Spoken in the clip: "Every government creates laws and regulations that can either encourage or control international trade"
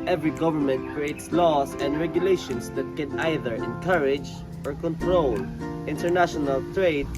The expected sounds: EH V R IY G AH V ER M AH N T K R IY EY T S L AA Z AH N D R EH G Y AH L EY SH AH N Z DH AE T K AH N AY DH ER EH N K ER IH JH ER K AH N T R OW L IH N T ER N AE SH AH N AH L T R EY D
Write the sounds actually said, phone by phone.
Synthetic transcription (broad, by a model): EH V R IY G AH V ER M AH N T K R IY EY T S L AA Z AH N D R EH G Y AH L EY SH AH N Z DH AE T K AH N AY DH ER EH N K ER IH JH ER K AH N T R OW L IH N T ER N AE SH AH N AH L T R EY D